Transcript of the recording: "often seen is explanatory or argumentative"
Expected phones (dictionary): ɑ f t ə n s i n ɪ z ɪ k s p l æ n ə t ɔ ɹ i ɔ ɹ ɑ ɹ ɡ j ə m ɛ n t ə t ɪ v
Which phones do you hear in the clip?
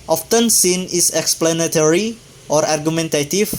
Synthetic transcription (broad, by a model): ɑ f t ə n s i n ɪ s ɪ k s p l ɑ n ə t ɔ ɹ i ɔ ɹ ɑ ɹ ɡ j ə m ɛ n t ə t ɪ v